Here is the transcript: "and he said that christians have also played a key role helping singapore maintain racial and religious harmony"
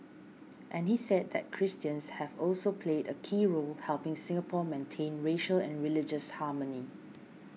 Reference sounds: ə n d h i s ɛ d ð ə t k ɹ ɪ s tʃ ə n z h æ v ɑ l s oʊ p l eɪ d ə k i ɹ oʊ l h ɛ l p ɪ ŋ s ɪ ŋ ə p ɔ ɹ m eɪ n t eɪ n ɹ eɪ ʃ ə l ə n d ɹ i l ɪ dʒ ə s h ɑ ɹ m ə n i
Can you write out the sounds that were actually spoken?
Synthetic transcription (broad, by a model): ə n h i s ɛ d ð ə t k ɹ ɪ s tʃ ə n s h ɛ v ɑ l s oʊ p l eɪ d ə k i ɹ oʊ l h ɛ l p ɪ ŋ s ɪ ŋ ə p ɔ m eɪ n t eɪ n ɹ eɪ ʃ ə l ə n ɹ i l ɪ dʒ ə s h ɑ m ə n i